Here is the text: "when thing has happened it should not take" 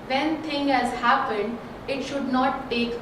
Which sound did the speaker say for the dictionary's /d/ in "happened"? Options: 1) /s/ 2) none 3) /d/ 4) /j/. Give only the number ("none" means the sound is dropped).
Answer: 3